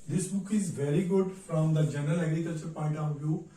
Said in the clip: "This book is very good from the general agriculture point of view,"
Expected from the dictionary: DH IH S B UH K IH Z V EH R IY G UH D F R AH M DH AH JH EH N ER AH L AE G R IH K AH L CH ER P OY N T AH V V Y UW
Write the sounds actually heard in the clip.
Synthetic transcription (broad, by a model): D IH S B UH K IH Z V EH R IY G UH D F R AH M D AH JH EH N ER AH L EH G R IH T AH CH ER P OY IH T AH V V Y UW